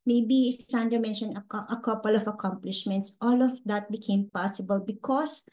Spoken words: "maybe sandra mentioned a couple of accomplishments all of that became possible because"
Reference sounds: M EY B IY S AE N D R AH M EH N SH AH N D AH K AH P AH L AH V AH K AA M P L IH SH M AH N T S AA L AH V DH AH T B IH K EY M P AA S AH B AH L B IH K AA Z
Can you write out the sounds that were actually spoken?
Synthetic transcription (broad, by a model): M EY B IY S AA N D AH M EH N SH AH N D AH K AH P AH L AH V AH K AA M P L IH SH M AH N T S AA L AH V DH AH T B IH K EY M P AA S AH B AH L B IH K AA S